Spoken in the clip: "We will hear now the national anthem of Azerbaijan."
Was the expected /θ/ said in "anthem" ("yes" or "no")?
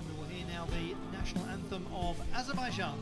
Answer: yes